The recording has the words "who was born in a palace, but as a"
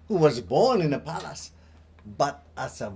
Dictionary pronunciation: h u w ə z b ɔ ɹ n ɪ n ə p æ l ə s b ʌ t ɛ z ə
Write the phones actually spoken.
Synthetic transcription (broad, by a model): h u w ə z b ɔ ɹ n ɪ n ə p æ l ə s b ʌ t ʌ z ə